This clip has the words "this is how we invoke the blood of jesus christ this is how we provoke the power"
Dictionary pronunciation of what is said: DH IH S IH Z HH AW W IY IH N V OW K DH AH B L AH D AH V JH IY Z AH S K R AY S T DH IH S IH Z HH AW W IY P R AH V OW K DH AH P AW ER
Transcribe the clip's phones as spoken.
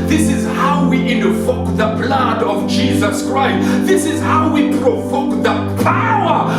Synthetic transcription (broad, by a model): DH IH S IH Z HH AW W IY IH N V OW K DH AH B L AH D AH V JH IY Z AH S K R AY S T DH IH S IH Z HH AW W IY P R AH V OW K DH AH P AW ER